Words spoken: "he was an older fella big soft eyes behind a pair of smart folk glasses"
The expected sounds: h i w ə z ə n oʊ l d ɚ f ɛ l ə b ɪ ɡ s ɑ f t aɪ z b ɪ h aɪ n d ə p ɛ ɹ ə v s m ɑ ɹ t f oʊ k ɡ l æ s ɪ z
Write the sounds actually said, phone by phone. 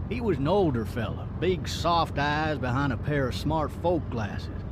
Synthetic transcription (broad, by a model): h i w ə z n oʊ l d ɚ f ɛ l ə b ɪ ɡ s ɑ f t aɪ z b ɪ h aɪ n d ə p ɛ ɹ ə v s m ɑ ɹ t f oʊ k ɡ l æ s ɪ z